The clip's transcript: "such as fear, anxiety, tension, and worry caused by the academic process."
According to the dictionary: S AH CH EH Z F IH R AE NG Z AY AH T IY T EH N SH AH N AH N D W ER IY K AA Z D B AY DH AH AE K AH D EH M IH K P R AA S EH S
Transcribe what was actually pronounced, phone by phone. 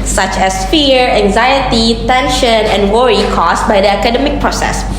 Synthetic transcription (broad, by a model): S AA CH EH S F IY R AE NG Z AY AH T IY T EH N SH AH N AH N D W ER IY K AA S B AY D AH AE K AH D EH M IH K P R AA S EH S